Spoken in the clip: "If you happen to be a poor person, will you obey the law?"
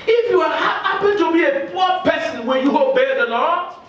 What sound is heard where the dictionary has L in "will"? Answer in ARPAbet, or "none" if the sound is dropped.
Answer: N